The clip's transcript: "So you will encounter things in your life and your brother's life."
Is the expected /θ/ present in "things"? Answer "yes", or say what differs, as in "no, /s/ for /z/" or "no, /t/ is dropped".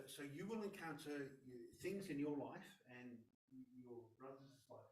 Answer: yes